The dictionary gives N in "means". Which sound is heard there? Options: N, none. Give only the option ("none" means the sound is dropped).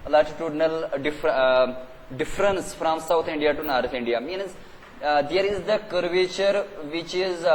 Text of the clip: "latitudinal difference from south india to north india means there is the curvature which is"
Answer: N